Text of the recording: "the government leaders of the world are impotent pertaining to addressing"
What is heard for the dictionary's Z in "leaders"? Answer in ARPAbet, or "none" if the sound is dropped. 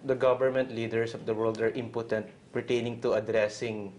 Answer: S